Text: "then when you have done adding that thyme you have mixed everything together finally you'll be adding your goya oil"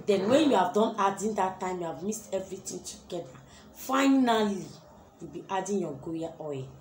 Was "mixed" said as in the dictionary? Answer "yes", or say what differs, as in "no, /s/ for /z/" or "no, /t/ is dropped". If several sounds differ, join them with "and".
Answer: no, /k/ is dropped